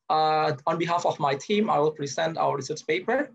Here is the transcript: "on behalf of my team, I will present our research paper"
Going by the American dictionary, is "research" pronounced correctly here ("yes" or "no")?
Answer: no